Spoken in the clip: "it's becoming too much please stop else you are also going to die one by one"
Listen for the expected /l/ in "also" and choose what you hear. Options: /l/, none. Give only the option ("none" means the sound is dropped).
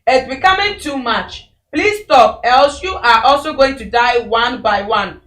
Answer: /l/